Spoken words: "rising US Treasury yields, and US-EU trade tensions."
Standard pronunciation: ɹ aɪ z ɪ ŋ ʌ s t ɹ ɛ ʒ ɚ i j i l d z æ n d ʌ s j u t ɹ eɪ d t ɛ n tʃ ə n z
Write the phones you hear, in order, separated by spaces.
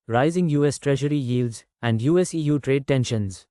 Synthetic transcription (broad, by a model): ɹ aɪ z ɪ ŋ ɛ s t ɹ ɛ ʒ ɚ i j i l d z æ n d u s j u t ɹ eɪ d t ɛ n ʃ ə n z